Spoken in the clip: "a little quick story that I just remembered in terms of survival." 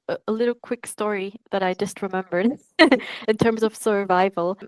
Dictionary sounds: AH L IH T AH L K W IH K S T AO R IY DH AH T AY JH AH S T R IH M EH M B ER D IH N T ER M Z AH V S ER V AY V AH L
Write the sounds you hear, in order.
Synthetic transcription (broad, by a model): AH L IH T L K W IH K S T AO R IY DH AH T AY JH AH S T R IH M EH M B ER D IH N T ER M Z AH V S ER V AY V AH L